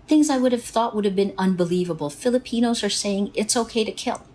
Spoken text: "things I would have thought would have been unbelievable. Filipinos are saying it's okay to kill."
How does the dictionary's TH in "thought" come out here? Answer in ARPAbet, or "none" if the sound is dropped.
TH